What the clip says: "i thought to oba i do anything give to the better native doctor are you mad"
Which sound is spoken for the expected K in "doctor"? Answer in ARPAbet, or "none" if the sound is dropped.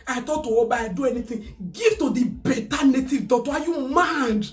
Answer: none